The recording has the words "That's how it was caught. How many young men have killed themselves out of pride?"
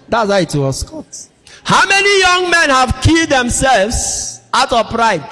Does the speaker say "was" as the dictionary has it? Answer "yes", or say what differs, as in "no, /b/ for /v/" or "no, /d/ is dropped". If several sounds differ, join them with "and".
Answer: no, /s/ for /z/